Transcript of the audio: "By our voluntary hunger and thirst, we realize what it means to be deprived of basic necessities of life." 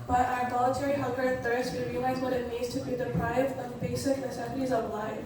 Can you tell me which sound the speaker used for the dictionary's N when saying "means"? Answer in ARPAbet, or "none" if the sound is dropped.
none